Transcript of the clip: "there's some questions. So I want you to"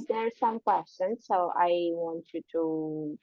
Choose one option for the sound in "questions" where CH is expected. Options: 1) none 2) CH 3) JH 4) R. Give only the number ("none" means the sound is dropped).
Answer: 1